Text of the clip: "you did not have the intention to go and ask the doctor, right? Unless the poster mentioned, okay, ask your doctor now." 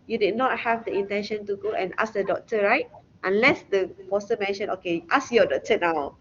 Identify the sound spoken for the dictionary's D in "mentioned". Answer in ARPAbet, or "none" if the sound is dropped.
none